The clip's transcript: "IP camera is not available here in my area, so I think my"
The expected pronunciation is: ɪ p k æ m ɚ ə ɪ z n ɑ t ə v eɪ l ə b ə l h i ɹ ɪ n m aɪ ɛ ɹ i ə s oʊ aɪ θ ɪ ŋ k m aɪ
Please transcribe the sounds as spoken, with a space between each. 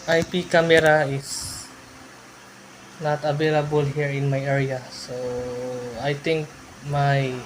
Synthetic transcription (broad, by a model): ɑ p k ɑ m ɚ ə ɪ s n ɑ t ə v eɪ l ə b ə l h i ɹ ɪ n m aɪ ɛ ɹ i ə s oʊ aɪ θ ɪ ŋ k m aɪ